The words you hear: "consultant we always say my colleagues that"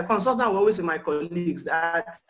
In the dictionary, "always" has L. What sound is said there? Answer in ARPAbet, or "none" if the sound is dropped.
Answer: none